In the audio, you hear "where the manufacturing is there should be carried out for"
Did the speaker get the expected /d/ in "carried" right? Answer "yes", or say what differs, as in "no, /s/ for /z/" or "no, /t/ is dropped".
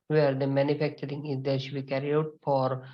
no, /d/ is dropped